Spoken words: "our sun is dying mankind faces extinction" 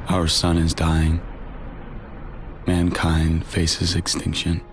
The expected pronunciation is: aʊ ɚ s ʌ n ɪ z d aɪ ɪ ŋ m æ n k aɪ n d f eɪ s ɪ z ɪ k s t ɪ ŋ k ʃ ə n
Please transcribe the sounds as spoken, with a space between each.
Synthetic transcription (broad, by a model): aʊ ɚ s ʌ n ɪ z d aɪ ɪ ŋ m æ n k aɪ n d f eɪ s ɪ z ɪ k s t ɪ ŋ k ʃ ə n